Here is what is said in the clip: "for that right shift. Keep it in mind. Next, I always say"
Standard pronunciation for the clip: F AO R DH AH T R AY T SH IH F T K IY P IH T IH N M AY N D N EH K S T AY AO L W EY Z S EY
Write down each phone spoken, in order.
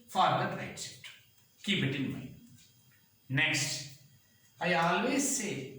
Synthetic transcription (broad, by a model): F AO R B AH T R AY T S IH T K IY P IH T IH N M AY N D N EH K S T AY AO L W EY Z S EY